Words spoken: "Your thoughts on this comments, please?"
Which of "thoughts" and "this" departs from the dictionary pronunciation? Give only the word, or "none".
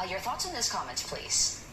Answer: none